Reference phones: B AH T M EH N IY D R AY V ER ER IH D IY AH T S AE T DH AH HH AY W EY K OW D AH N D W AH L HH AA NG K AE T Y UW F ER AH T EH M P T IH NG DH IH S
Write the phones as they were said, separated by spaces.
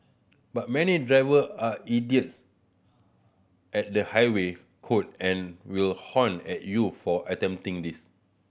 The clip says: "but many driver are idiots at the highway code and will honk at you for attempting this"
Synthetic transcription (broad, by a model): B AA T M EH N IY D R AY V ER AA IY D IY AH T S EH T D AH HH AY W EY K OW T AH N W AH L HH AA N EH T Y UW F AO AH T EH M T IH NG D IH S